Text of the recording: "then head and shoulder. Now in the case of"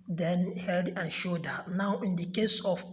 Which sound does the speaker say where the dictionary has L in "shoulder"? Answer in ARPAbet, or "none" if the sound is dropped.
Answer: none